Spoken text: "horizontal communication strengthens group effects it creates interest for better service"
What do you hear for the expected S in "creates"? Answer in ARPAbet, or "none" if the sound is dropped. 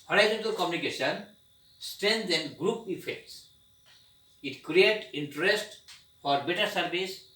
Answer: none